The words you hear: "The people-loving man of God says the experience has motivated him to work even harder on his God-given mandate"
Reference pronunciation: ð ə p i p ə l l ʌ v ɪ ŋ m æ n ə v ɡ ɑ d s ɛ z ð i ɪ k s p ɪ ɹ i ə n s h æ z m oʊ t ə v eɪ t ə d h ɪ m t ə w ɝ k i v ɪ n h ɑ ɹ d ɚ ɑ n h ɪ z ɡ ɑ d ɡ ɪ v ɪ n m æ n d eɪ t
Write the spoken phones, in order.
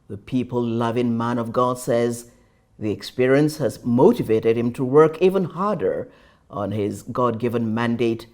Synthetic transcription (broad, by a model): ð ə p i p ə l l ʌ v ɪ ŋ m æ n ə v ɡ ɑ d s ɛ z ð i ɪ k s p ɪ ɹ i ə n s h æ z m oʊ t ə v eɪ t ə d h ɪ m t ə w ɝ k i v ɪ n h ɑ ɹ d ɚ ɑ n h ɪ z ɡ ɑ d ɡ ɪ v ɪ n m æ n d eɪ t